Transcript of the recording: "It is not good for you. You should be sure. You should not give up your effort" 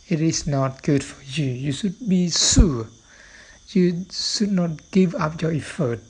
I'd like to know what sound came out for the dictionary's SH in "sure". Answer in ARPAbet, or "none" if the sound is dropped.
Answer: S